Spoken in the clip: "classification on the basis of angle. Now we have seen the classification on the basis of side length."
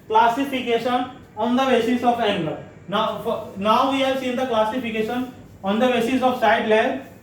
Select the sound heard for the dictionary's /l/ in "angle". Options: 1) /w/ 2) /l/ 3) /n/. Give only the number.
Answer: 3